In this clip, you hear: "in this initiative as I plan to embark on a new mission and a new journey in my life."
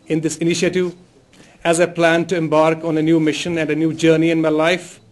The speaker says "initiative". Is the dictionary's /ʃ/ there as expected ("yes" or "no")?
yes